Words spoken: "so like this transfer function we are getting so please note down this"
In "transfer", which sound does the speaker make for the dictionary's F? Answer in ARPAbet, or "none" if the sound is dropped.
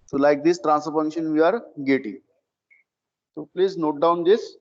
none